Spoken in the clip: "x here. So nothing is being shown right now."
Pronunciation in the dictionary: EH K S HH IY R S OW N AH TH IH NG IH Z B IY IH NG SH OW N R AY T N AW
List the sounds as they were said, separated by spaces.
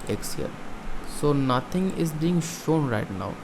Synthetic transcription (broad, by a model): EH K S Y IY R S OW N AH T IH NG IH Z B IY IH NG SH OW N R AY T N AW